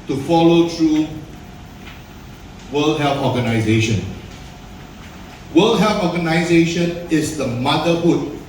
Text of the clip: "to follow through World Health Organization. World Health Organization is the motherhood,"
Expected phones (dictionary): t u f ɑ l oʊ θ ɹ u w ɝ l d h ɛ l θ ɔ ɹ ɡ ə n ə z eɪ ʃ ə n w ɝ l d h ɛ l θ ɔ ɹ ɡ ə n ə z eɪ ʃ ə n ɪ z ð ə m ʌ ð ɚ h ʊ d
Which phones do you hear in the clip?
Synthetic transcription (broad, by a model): t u f ɑ l oʊ t ɹ u w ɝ l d h ɛ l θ ɔ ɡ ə n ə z eɪ ʃ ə n w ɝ l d h ɛ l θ ɔ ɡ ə n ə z eɪ ʃ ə n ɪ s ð ə m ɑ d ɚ h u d